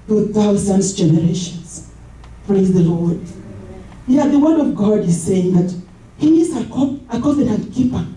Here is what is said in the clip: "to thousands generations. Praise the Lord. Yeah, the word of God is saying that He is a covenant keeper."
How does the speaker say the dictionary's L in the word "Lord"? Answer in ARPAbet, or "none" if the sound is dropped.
L